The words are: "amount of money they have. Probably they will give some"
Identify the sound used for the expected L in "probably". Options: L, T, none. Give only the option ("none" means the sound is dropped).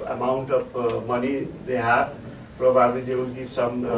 none